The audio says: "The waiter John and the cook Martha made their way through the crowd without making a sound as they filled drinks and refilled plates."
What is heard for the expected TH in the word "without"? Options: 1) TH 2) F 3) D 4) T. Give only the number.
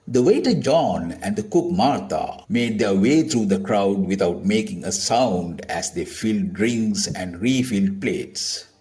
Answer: 4